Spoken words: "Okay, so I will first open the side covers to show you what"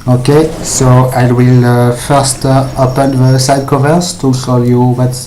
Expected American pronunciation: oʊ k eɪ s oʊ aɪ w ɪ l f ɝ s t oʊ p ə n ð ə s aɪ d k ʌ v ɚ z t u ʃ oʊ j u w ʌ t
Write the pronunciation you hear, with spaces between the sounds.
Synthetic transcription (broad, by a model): oʊ k eɪ s oʊ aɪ w ɪ l f ɝ s t oʊ p ə n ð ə s aɪ d k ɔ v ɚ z t u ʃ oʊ j u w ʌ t